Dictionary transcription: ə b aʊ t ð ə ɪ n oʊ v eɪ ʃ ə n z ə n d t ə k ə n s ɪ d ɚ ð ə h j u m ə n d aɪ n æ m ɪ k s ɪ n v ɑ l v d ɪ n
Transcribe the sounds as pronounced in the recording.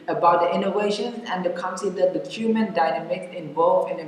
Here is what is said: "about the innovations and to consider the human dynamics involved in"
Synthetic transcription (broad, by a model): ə b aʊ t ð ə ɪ n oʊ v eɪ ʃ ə n ə n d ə k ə n s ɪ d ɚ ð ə h j u m ə n d aɪ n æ m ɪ k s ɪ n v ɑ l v ɪ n